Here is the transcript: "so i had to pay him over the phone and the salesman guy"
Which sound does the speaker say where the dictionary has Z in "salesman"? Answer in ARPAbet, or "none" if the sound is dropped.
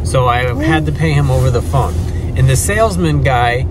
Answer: Z